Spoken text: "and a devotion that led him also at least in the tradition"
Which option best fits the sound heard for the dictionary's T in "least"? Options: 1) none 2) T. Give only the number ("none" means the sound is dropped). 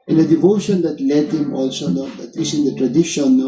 1